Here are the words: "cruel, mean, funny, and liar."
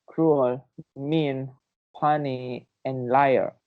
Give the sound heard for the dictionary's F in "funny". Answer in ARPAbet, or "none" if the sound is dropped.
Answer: P